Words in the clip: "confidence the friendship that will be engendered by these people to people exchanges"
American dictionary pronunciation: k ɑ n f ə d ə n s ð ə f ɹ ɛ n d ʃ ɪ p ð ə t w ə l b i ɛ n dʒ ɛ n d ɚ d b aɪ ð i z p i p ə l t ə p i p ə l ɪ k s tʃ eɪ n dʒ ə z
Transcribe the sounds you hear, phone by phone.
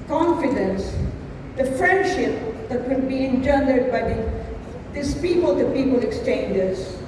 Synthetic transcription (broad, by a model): k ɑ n f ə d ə n s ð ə f ɹ ɛ n d ʃ ɪ p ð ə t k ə n b i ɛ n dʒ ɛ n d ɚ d b aɪ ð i s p i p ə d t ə p i p ə l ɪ k s tʃ eɪ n dʒ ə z